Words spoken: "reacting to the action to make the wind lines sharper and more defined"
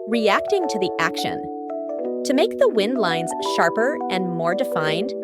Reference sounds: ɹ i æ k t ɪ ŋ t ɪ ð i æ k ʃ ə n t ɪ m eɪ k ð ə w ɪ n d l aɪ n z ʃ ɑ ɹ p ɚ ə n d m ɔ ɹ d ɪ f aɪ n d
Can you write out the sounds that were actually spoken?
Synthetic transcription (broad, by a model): ɹ i æ k t ɪ ŋ t ɪ ð i æ k ʃ ə n t ɪ m eɪ k ð ə w ɪ n d l aɪ n z ʃ ɑ ɹ p ɚ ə n m ɔ ɹ d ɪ f aɪ n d